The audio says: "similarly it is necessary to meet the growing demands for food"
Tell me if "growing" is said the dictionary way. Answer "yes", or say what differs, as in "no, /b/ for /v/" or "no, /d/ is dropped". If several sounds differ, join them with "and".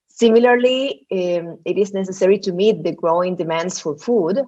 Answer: yes